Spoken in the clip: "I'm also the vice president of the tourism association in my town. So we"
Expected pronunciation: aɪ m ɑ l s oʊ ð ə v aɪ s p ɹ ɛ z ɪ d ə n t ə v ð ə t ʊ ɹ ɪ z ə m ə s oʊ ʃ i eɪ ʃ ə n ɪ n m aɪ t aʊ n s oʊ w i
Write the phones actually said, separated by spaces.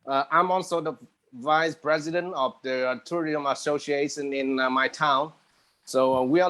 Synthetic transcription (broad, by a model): aɪ m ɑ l s oʊ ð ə v aɪ s p ɹ ɛ z ɪ d ə n t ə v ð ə t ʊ ɹ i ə m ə s oʊ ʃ i eɪ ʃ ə n ɪ n m aɪ t aʊ n s oʊ w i